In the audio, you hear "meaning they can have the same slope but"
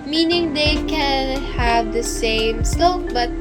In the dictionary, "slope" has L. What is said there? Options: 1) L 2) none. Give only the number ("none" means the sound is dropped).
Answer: 2